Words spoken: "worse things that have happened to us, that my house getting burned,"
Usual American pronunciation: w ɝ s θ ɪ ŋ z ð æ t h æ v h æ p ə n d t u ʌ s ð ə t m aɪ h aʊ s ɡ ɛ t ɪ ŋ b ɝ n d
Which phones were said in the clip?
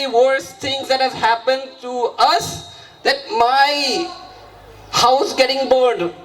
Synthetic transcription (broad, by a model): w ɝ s t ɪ ŋ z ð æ t h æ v h æ p ə n d t u ʌ s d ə t m aɪ h aʊ s ɡ ɛ t ɪ ŋ b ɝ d